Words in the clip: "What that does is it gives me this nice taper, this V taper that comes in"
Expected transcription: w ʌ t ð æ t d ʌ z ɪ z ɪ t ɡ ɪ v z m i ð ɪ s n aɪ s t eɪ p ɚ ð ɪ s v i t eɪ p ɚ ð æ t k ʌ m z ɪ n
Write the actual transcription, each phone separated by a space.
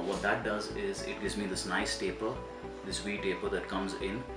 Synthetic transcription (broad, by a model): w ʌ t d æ t d ʌ z ɪ z ɪ t ɡ ɪ v z m i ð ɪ s n aɪ s t eɪ p ɚ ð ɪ s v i t eɪ p ɚ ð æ t k ʌ m z ɪ n